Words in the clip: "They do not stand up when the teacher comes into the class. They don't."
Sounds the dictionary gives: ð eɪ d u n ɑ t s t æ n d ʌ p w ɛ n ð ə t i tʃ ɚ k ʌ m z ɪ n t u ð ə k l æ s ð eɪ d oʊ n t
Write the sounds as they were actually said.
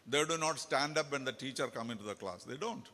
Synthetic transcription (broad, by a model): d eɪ d u n ɑ t s t æ n d ʌ p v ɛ n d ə t i tʃ ɚ k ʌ m ɪ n t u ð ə k l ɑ s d eɪ d oʊ n t